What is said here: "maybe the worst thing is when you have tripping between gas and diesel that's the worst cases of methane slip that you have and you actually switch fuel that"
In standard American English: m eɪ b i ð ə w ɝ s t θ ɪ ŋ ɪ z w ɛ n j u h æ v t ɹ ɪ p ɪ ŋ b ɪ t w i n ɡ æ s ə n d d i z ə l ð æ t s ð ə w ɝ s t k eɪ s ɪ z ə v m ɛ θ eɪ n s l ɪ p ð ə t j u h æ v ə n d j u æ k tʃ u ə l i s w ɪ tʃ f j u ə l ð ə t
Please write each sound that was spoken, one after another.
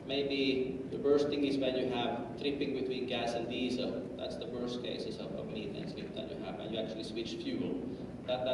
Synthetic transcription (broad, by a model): m eɪ b i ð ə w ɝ s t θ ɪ ŋ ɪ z w ɛ n j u h æ v t ɹ ɪ p ɪ ŋ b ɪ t w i n ɡ æ s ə n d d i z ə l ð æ t s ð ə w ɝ s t k eɪ s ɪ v ə v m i t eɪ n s ɪ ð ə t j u h æ v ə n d j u æ k tʃ u ə l i s w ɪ tʃ f j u l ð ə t